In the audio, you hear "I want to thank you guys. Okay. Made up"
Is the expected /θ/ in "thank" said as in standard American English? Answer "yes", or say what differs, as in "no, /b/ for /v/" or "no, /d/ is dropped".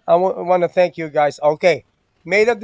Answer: yes